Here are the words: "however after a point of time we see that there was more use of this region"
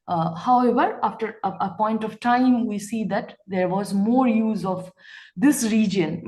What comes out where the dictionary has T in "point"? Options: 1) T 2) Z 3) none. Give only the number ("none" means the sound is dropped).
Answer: 1